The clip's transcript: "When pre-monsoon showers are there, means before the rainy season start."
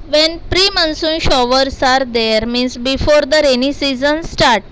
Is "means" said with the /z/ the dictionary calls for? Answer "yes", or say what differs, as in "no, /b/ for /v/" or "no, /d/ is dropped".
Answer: no, /s/ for /z/